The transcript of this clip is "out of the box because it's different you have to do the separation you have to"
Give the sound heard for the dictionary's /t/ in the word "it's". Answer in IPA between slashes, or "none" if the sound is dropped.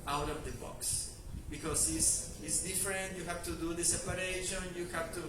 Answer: /s/